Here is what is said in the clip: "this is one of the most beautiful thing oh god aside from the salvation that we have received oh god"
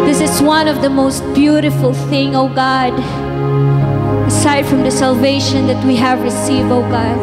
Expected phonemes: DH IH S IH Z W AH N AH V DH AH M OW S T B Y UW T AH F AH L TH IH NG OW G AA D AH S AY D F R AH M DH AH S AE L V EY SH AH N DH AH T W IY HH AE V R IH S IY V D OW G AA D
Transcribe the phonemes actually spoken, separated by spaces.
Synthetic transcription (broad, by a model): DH IH S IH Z W AH N AH V DH AH M OW S T B Y UW T AH F AH L TH IH NG OW G AA D AH S AY D F R AH M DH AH S AE L V EY SH AH N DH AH T W IY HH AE V R IH S IY V D OW G AA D